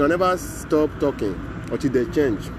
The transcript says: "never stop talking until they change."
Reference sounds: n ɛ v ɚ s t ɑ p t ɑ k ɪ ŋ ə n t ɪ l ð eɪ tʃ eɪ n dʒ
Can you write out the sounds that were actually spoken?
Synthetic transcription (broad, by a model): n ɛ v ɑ s t ɑ p t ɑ k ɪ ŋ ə t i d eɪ tʃ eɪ n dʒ